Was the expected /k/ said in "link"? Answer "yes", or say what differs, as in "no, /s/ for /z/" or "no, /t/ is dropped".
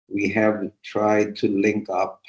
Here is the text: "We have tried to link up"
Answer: yes